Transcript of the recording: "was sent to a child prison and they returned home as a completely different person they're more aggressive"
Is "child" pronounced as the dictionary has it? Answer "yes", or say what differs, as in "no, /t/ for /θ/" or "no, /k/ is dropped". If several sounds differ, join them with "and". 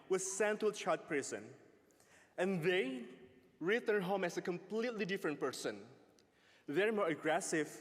no, /l/ is dropped